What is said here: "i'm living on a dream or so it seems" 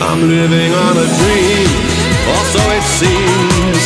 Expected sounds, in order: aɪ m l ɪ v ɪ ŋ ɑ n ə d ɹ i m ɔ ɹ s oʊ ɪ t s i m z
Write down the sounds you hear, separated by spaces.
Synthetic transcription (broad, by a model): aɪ m l ɪ v ɪ ŋ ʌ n ə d ɹ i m ɔ l s oʊ ɪ t s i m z